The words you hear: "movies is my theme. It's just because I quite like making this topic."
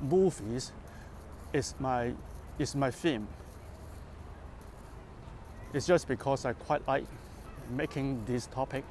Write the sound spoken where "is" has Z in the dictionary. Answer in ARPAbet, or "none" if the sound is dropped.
S